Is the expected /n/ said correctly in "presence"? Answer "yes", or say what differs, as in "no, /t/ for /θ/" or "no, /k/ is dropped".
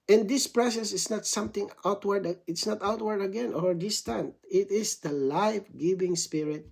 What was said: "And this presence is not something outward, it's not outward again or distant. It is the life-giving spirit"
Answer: no, /n/ is dropped